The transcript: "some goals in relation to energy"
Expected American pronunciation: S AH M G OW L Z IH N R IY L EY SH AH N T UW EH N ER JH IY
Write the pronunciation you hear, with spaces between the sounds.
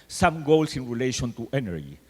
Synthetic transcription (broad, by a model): S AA M G OW L S IH N R IY L EY SH AH N T UW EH N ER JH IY